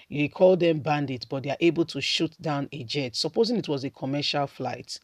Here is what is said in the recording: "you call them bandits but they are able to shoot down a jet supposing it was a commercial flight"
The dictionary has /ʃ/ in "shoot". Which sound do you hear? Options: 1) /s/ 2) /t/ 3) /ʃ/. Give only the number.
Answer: 3